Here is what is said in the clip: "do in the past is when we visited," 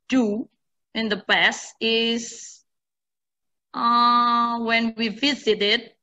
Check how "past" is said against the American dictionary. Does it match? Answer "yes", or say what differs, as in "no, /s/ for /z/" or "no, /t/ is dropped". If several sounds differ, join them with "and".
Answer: no, /t/ is dropped